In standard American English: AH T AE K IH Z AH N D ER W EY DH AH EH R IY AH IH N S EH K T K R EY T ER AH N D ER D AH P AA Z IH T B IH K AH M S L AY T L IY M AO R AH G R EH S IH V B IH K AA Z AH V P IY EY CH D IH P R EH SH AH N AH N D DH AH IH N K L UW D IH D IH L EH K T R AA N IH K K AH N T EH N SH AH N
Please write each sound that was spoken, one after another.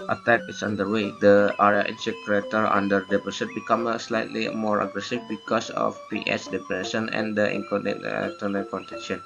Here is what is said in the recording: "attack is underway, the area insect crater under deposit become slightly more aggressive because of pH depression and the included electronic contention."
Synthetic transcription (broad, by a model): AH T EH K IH S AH N D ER W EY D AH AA R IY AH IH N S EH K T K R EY T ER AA N D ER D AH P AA S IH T B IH K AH M S L AY T L IY M AO R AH G R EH S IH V B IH K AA S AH F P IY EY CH D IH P R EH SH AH N AH N D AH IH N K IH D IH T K T AA N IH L K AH N T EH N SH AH N